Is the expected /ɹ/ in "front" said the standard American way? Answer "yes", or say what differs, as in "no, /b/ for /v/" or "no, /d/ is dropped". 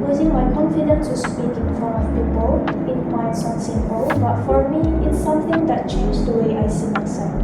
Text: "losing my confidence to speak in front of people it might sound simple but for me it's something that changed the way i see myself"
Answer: no, /ɹ/ is dropped